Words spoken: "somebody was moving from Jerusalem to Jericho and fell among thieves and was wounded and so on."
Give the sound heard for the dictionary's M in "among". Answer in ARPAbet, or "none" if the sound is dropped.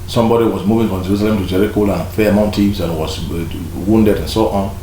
none